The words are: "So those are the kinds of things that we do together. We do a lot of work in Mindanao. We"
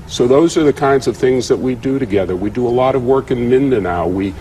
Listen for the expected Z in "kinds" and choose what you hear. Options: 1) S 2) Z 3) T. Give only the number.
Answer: 2